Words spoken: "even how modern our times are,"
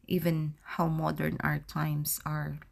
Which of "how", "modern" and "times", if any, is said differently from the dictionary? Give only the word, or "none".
times